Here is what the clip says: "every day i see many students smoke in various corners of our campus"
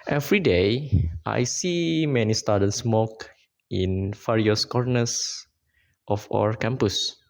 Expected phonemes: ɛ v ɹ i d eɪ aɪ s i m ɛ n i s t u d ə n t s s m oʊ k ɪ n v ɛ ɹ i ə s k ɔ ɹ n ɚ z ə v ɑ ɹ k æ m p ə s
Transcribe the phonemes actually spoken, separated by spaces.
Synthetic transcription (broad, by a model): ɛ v ɹ i d eɪ aɪ s i m ɛ n i s t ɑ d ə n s s m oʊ k ɪ n f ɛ ɹ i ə s k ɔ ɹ n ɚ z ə f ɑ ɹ k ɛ m p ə s